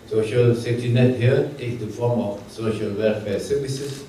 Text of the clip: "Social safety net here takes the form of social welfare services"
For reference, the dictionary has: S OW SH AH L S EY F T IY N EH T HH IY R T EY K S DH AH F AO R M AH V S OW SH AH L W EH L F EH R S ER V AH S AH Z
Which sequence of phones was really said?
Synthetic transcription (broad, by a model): S OW SH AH L S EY T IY N EH T HH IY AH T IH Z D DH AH F AO R M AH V S OW SH AH L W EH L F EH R S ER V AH S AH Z